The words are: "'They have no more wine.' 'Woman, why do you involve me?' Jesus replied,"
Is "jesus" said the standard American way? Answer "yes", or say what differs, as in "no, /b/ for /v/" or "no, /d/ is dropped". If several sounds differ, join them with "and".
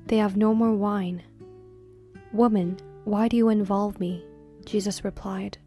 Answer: yes